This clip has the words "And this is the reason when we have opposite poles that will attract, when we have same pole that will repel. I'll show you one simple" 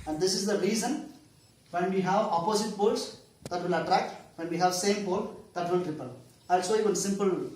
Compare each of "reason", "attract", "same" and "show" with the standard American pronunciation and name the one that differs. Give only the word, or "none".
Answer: show